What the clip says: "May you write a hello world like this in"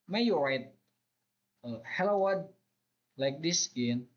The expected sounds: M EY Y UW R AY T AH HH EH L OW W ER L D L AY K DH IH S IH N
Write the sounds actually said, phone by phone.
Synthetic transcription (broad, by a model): M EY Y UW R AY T AH HH EH L OW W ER D L AY K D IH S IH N